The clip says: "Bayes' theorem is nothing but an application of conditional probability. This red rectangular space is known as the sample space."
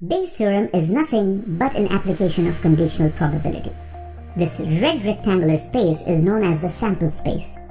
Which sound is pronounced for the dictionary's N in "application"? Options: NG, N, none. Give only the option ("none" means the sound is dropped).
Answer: N